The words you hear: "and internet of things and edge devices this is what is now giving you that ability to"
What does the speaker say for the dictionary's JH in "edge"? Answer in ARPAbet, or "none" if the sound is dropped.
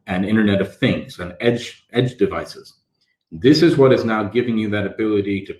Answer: JH